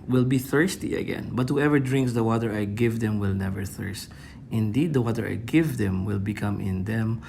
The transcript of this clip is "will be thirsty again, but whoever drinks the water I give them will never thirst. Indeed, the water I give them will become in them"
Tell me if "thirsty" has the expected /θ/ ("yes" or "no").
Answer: yes